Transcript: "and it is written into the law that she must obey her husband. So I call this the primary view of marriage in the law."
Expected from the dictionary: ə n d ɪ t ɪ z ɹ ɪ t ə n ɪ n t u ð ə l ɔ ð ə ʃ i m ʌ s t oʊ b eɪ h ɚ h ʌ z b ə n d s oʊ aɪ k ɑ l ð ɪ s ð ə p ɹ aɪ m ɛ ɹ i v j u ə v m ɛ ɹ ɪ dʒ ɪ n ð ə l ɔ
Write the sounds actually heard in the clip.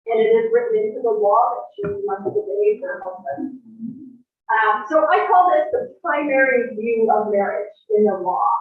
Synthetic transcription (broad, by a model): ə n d ɪ t ɪ z ɹ ɪ t n ɪ n t u ð ə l ɔ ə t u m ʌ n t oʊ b eɪ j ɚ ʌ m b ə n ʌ s oʊ aɪ k ɑ l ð ɪ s ð ə p ɹ aɪ m ɛ ɹ i v j u ə v m ɛ ɹ ɪ dʒ ɪ n ð ə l ɔ